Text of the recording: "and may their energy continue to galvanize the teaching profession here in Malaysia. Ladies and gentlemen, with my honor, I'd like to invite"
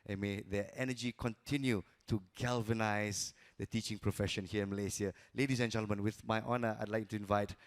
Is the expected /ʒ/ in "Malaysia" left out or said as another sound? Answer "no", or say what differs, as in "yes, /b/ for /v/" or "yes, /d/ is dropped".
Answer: yes, /s/ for /ʒ/